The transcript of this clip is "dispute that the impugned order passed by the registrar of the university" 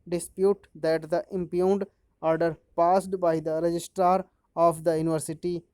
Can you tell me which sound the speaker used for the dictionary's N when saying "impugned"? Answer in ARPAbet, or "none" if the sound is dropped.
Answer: N